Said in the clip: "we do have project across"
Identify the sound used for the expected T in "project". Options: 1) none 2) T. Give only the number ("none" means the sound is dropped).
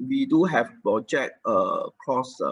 1